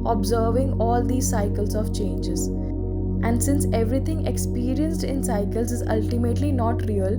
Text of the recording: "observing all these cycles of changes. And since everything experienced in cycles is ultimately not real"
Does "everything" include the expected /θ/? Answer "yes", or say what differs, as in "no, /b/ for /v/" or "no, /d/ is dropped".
no, /t/ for /θ/